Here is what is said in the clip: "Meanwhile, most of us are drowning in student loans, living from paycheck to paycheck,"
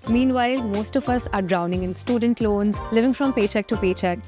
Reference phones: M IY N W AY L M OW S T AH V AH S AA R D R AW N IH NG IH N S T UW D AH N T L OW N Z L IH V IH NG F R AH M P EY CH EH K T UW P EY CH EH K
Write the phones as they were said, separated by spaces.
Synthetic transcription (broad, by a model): M IY N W AY L M OW S T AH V AH S AA R D R AW N IH NG IH N S T UW D AH N T L OW N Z L IH V IH NG F R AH M P EY CH EH K T UW P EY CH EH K